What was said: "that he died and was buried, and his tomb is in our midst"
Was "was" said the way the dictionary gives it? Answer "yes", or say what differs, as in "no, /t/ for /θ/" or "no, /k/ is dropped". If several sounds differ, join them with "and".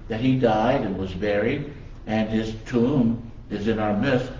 yes